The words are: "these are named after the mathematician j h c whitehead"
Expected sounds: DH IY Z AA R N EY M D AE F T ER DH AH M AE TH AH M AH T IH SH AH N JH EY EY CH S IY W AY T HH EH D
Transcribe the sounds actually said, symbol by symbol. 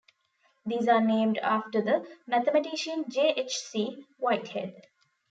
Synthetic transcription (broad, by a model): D IY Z AA R N EY M D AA F T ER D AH M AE T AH M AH T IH SH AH N JH EY EY CH S IY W AY T HH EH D